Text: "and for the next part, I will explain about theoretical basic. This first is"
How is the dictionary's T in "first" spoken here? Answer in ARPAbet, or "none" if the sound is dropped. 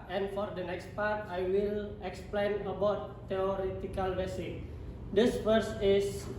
none